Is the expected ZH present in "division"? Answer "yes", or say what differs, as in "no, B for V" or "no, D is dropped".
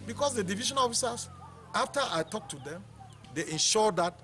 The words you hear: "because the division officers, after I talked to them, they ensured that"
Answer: no, SH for ZH